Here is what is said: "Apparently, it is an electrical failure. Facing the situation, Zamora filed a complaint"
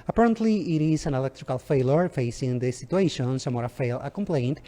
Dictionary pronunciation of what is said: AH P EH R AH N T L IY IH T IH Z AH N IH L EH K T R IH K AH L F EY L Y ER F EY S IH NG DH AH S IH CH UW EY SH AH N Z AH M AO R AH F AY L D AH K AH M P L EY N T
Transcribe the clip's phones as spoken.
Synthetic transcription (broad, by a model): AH P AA R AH N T L IY IH T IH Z AH N IH L EH K T R IH K AH L F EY L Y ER F EY S IH NG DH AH S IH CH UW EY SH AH N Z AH M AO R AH F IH L AH K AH M P L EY N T